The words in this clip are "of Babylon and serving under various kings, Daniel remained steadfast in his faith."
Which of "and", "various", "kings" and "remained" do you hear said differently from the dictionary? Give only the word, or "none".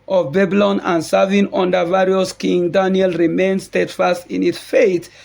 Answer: kings